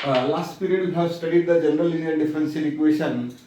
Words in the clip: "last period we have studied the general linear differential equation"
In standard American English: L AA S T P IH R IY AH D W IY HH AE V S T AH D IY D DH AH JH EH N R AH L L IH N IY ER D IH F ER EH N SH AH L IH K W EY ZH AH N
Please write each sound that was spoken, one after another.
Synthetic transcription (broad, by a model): L AA S T P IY R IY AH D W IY HH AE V S T AH D IY D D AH JH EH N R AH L L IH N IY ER D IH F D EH N S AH N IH K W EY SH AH N